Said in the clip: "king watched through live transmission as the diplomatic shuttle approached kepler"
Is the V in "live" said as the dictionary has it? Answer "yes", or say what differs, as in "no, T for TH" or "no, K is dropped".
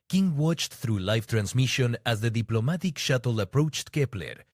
no, F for V